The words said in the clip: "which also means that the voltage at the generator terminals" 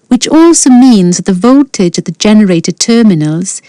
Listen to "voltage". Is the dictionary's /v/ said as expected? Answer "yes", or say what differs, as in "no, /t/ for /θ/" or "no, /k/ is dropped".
yes